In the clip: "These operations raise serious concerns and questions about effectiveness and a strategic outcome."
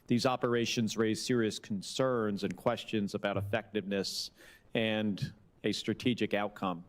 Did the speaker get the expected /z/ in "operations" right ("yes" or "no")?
yes